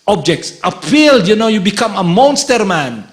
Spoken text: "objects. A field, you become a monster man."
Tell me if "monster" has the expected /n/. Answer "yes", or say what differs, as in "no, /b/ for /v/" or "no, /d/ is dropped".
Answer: yes